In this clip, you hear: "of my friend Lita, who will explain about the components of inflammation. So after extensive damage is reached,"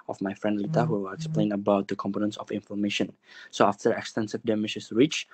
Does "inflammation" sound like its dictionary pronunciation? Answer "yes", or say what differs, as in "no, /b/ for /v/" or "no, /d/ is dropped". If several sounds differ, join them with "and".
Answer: no, /l/ is dropped